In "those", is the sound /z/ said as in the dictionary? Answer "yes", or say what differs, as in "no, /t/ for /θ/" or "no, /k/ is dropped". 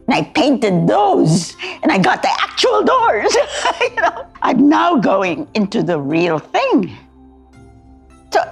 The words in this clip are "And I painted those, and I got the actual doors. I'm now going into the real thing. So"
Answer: yes